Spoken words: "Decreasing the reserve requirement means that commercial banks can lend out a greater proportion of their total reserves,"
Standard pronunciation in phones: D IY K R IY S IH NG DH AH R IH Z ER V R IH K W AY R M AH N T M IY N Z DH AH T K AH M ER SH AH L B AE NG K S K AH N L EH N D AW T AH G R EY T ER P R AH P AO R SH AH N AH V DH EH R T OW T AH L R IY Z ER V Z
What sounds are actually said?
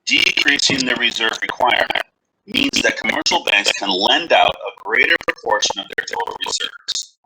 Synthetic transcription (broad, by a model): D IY K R IY S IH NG DH AH R IH Z ER V R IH K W AY R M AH N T M IY N Z DH AH T K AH M ER SH L B AE NG K S K AH N L EH N D AW T AH G R EY T ER P R AH P AO R SH AH N AH V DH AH R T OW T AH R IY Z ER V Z